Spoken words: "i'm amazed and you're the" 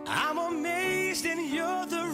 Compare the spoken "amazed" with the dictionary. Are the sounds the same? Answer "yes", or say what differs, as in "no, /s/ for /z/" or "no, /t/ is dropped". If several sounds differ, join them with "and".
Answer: yes